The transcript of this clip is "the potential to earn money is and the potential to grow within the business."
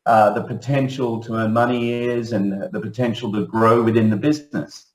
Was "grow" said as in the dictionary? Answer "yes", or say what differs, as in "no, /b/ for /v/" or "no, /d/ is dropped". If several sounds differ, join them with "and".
yes